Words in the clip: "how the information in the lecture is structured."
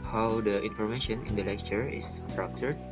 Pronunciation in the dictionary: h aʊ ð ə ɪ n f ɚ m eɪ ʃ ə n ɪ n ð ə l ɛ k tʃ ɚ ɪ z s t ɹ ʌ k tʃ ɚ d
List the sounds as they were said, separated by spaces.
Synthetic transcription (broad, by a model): h aʊ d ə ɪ n f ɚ m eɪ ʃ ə n ɪ n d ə l ɛ k tʃ ɚ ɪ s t ɹ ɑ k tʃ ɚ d